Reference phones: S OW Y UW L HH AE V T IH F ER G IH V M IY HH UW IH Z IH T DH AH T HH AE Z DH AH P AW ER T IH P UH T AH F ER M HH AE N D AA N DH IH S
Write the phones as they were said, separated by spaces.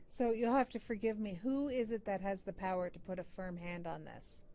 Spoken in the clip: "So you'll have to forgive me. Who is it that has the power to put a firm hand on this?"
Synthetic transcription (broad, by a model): S OW Y UW L HH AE F T IH F ER G IH V M IY HH UW IH Z IH T DH AH T HH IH Z DH AH P AW ER T IH P UH T AH F ER M HH AE N D N DH IH S